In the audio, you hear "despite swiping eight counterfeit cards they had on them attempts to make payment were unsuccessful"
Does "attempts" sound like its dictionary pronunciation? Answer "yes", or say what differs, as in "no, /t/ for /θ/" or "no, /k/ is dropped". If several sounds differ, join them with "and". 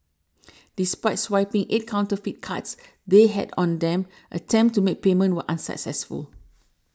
no, /s/ is dropped